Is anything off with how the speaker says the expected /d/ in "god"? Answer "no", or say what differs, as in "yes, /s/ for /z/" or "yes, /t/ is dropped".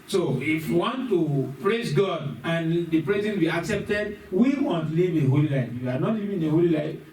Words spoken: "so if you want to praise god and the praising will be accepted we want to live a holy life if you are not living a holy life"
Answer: no